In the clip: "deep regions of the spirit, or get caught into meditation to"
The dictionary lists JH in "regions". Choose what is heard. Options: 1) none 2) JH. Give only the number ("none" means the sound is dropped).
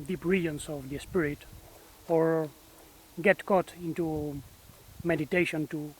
1